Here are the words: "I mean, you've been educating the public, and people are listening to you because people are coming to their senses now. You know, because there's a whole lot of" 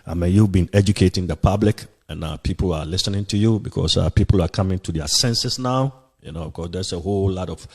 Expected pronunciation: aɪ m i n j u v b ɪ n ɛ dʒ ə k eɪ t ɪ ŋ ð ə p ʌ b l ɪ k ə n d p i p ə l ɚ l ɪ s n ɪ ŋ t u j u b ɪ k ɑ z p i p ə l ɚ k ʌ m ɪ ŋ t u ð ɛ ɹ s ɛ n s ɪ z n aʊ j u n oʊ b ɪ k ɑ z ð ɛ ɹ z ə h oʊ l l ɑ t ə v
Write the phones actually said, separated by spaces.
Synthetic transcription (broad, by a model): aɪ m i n j u v b ɪ n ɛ dʒ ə k eɪ t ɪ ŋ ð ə p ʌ b l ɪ k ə n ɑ p i p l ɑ l ɪ s n ɪ ŋ t u j u b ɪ k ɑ s p i p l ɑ k ʌ m ɪ ŋ t u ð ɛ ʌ s ɛ n s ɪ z n aʊ j u n oʊ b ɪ k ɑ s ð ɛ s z ə h oʊ l l ɑ t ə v